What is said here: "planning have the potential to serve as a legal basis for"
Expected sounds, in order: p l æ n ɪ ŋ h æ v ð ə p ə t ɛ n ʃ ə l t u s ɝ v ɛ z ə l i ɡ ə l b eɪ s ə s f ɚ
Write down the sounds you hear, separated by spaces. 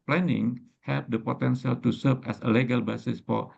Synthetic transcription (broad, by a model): p l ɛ n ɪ ŋ h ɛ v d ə p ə t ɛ n s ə l t u s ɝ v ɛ s ə l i ɡ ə l b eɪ s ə s f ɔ